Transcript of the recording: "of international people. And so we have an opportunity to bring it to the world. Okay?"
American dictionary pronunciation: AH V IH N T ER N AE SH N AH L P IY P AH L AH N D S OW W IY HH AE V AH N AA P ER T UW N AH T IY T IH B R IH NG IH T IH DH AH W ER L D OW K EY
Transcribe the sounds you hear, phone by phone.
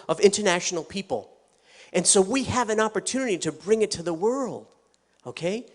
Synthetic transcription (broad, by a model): AH V IH N T ER N AE SH N L P IY P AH L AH N S OW W IY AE V AH N AA P ER T UW N AH T IY T IH B R IH NG IH T IH DH AH W ER L D OW K EY